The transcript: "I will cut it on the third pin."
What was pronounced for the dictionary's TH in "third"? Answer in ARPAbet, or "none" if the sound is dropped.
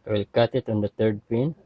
T